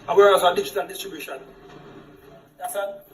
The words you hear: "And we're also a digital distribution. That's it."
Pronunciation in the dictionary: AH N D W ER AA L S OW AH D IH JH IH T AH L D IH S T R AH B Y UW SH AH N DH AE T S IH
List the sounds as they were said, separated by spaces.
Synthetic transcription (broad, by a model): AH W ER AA S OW AH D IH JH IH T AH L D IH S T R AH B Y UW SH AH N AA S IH